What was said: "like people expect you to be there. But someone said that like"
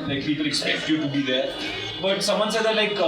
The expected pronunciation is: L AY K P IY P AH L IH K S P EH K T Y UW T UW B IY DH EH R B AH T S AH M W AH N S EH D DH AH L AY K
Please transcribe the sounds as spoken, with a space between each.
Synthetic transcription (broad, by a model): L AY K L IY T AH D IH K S EH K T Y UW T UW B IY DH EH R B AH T S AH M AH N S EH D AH L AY K